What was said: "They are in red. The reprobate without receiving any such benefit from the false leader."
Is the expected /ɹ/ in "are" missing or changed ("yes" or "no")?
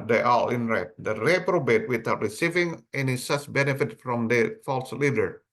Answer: yes